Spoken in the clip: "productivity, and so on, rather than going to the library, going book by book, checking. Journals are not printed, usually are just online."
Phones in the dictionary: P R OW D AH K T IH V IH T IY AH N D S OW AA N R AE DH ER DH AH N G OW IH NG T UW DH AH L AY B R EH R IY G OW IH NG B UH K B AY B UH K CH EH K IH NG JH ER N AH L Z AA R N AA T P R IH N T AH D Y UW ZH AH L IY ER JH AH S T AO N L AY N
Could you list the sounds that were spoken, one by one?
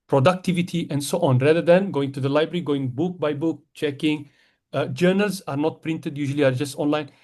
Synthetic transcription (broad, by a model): P R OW D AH K T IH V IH T IY AH N D S OW AA N R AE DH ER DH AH N G OW IH NG T UW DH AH L AY B R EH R IY G OW IH NG B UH K B AY B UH K CH EH K IH NG JH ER N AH L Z AA R N AA T P R IH N T AH D Y UW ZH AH L IY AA JH AH S T AO N L AY N